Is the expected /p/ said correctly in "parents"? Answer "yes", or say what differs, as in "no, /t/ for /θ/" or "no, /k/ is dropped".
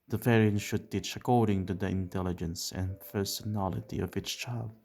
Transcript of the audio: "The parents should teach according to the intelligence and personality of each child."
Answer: no, /f/ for /p/